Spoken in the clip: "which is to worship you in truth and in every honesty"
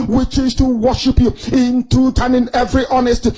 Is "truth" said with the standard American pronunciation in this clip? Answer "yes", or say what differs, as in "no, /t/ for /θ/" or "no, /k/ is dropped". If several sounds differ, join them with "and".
no, /t/ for /θ/